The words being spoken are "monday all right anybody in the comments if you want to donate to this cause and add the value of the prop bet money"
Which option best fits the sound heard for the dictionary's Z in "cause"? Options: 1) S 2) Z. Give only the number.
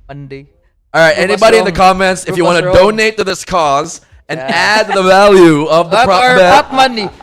2